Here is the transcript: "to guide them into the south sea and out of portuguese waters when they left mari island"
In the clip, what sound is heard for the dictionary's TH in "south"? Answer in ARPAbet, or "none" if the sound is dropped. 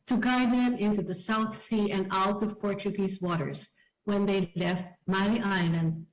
TH